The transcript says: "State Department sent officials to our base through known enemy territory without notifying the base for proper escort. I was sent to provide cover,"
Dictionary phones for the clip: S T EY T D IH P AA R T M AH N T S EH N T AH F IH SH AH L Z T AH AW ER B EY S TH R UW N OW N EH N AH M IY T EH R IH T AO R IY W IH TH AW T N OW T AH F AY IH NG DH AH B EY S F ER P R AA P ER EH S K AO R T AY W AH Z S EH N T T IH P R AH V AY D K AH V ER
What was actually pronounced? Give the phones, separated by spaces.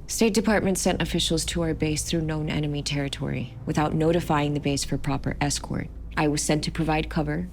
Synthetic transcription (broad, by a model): S T EY T D IH P AA R T M AH N T S EH N T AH F IH SH L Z T AH AW ER B EY S TH R UW N OW N EH N AH M IY T EH R IH T AO R IY W IH TH AW T N OW T AH F AY IH NG DH AH B EY S F ER P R AA P ER EH S K AO R T AY W AH Z S EH N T T IH P R AH V AY D K AH V ER